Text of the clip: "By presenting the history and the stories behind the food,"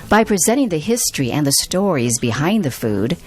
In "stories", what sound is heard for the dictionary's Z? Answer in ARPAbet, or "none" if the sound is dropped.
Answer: Z